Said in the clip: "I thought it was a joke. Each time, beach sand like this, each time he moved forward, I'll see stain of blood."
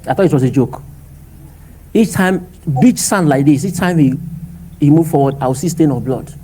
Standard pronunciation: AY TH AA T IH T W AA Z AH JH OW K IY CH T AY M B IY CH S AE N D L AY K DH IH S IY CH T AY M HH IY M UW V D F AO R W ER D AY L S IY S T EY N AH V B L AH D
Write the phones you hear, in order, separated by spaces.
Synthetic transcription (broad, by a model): AY TH AA T IH T W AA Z AH JH OW K IY CH T AY M B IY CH S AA N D L AY K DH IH S IY CH T AY M HH IY M UW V F AO W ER D AY W S IY S T EY N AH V B L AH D